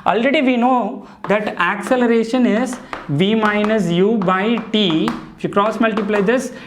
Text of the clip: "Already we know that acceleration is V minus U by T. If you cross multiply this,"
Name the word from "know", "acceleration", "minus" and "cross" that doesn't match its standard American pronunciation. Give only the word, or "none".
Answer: none